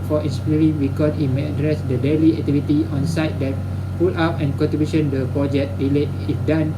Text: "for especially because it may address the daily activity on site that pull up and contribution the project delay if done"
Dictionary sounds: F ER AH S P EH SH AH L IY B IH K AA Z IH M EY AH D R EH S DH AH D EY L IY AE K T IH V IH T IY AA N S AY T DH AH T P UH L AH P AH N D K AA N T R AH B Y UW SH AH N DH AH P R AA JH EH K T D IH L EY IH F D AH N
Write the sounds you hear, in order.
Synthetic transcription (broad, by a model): F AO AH S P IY AH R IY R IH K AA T IH M EY AH D R EH S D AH D EY L IY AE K T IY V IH T IY AA N S AY T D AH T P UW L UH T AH N K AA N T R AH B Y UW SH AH N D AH P R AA JH EH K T D IH L EY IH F D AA N